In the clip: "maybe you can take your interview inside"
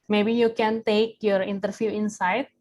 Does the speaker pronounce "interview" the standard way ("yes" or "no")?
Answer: no